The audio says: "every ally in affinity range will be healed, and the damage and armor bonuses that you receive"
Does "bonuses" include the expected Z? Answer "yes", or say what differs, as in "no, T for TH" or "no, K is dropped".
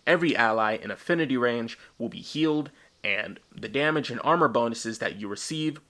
yes